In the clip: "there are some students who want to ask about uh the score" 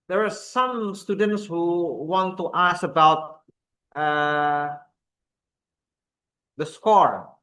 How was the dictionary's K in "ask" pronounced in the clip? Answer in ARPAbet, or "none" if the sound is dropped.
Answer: none